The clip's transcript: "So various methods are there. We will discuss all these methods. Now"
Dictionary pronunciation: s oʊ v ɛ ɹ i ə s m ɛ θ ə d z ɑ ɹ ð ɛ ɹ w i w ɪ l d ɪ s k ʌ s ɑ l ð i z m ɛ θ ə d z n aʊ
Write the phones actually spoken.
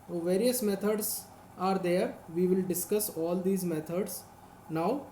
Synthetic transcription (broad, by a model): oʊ v ɛ ɹ i ə s m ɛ t ə d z ɑ ɹ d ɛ ɹ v i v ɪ l d ɪ s k ʌ s ɑ l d i z m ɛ t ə d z n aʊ